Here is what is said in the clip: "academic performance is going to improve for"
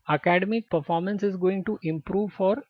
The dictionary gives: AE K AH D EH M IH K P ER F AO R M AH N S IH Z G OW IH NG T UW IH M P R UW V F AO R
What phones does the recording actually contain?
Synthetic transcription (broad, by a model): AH K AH D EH M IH K P ER F AO R M AH N S IH Z G OW IH NG T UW IH M P R UW V F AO R